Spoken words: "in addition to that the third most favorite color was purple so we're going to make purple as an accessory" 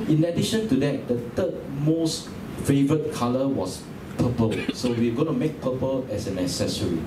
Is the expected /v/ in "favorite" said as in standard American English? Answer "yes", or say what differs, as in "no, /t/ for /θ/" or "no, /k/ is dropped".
yes